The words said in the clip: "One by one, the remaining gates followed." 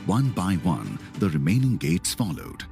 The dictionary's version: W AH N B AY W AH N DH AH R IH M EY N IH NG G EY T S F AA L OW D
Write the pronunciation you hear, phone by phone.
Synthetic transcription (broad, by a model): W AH N B AY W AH N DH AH R IH M EY N IH NG G EY T S F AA L OW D